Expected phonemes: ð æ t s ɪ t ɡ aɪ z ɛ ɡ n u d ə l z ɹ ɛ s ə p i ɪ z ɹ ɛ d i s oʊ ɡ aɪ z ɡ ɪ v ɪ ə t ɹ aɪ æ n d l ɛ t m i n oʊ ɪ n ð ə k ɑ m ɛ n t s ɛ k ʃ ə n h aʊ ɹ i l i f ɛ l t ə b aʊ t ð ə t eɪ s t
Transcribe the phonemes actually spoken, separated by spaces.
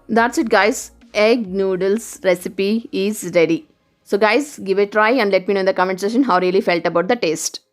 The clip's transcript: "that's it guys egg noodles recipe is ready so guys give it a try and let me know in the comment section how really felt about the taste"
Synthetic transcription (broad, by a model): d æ t s ɪ t ɡ aɪ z ɛ ɡ n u d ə l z ɹ ɛ s ə p i ɪ z ɹ ɛ d i s oʊ ɡ aɪ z ɡ ɪ v ɪ t ɹ aɪ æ n d l ɛ t m i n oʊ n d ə k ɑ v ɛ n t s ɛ ʃ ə n h aʊ ɹ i l i f ɛ l t ə b aʊ t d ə t eɪ s t